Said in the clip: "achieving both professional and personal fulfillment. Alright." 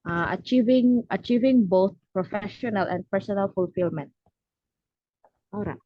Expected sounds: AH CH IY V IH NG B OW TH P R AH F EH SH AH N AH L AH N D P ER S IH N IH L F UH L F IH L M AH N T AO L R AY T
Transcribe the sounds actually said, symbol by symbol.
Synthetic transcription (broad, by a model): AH CH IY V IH NG B OW TH P R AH F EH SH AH N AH L AH N D P ER S IH N IH L F UH L F IH L M AH N T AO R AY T